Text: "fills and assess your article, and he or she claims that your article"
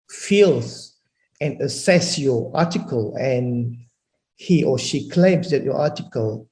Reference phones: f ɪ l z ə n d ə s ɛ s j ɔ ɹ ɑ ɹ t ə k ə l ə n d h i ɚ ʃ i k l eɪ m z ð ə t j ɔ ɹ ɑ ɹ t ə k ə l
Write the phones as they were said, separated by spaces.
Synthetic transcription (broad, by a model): f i l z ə n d ə s ɛ s j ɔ ɑ t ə k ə l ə n h i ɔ ʃ i k l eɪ m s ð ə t j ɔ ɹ ɑ t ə k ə l